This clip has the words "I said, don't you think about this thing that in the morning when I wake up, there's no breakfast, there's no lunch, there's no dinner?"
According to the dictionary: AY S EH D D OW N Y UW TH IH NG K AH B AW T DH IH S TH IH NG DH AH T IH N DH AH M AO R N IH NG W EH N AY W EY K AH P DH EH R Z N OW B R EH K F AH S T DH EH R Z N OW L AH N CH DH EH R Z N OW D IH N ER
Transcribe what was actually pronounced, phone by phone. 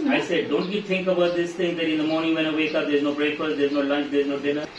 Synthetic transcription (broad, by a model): AY S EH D D OW N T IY T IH NG K AH B AW T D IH S T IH NG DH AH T IH N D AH M AO R N IH NG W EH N AY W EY K AH P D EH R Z N OW B R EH K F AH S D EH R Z N OW L AH N CH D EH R Z N OW D IH N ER